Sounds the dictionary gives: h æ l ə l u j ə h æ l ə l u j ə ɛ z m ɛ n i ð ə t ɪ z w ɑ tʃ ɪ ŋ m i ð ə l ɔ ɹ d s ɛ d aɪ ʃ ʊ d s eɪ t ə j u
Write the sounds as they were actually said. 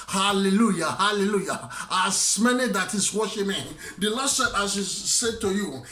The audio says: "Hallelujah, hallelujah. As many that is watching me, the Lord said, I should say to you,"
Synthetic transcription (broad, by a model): h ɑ l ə l u j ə h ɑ l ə l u j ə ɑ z m ɛ n i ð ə t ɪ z w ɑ ʃ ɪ m i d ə l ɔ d s ɛ d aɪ s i s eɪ t ə j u